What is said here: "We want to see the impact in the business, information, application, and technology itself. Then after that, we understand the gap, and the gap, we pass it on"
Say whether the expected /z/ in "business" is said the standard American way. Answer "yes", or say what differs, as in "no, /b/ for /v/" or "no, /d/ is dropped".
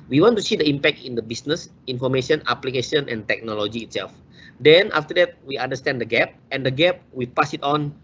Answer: no, /s/ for /z/